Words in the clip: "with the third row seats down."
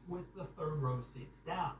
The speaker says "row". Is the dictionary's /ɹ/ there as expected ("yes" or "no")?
yes